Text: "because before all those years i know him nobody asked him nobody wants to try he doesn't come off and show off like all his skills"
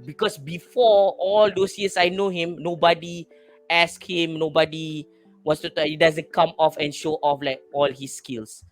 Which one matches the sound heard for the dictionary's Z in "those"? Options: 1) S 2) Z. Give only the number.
1